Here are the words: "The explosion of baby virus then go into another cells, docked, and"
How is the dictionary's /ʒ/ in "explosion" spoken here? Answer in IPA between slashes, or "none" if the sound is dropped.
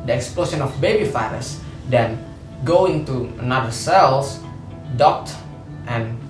/s/